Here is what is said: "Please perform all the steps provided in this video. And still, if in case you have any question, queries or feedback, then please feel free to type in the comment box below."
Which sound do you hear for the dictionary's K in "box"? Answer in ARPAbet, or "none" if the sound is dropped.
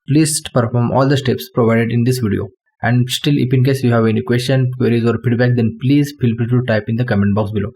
K